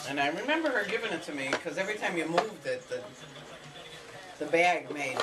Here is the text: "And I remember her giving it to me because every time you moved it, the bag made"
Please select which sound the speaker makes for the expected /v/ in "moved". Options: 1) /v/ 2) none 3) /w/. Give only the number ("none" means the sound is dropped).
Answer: 1